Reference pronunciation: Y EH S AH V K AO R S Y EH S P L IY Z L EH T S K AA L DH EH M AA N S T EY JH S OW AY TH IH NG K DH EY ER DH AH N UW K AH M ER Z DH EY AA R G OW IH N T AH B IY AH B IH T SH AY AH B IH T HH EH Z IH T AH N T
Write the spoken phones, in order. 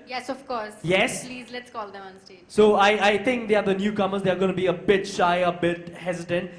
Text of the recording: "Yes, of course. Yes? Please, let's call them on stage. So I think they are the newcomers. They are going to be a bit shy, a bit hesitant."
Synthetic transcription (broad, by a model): Y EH S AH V K AO R S Y EH S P L IY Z L EH T S K AA L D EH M AA N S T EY S OW AY T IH NG K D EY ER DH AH N UW K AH M ER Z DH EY AA R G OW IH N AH B IY AH B IH T SH AY AH B IH T HH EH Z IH T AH N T